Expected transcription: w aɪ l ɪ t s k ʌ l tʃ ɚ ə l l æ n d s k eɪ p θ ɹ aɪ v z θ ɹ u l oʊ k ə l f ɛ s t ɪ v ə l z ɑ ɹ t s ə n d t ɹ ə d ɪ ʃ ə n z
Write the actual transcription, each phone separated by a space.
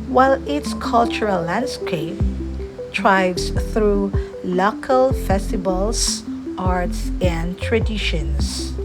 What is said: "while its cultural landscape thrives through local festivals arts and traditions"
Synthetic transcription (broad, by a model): w aɪ l ɪ t s k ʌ l tʃ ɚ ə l l æ n d s k eɪ p t ɹ aɪ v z θ ɹ u l oʊ k ə l f ɛ s t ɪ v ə l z ɑ ɹ t s ə n d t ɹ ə d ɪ ʃ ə n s